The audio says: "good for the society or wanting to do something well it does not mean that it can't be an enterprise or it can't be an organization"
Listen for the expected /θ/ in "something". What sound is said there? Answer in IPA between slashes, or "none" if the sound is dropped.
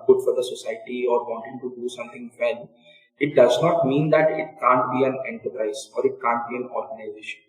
/t/